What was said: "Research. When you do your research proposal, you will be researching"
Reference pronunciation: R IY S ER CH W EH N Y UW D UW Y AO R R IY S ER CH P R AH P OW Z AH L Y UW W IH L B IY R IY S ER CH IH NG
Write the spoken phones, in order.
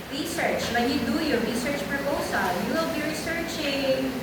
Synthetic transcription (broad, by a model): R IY S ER CH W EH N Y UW D UW Y AO R R IY S ER CH P R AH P OW S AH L Y UW W IH L B IY R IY S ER CH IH NG